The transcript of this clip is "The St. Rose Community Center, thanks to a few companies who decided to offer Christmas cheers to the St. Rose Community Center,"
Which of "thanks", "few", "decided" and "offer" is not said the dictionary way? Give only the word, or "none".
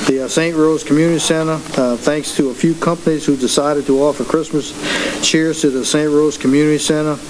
none